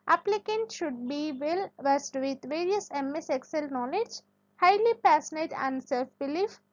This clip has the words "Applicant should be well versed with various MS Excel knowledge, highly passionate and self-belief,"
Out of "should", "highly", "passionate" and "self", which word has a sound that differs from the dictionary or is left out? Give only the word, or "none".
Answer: passionate